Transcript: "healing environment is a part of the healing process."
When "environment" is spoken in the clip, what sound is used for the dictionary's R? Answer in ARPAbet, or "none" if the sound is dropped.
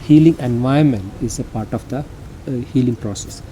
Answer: none